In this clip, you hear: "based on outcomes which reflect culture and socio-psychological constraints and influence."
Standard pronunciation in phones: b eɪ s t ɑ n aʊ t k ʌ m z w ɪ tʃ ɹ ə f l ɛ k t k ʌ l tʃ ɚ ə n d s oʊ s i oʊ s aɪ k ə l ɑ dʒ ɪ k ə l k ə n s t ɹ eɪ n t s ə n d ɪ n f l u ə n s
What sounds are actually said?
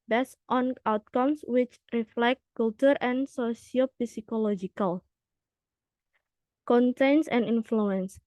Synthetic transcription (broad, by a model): b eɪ s t ɑ n aʊ t k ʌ m s w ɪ tʃ ɹ ə f l ɛ k t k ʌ l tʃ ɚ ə n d s oʊ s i oʊ s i k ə l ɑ dʒ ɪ k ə l k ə n t eɪ n s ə n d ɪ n f l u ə n s